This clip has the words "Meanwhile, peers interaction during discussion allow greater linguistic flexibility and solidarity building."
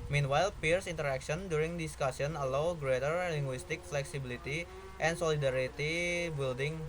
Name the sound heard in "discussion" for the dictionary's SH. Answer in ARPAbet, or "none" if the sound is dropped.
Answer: S